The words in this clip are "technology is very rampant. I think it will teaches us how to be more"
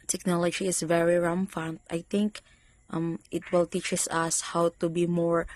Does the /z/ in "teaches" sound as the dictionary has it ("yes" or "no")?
no